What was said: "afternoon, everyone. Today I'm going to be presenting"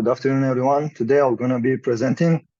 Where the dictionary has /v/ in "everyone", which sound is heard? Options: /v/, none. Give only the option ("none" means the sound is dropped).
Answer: /v/